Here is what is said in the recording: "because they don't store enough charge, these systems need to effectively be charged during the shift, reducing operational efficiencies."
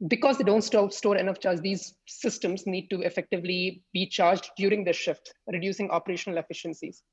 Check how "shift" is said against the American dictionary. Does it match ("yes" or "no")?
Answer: yes